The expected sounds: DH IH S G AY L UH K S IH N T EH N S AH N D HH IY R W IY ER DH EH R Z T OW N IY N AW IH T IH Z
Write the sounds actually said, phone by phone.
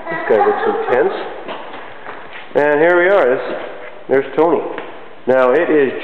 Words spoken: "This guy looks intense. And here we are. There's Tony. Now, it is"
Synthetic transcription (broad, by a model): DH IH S G AY W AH S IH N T EH N S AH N HH IY R W IY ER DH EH R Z T OW N IY N AW IH T IH Z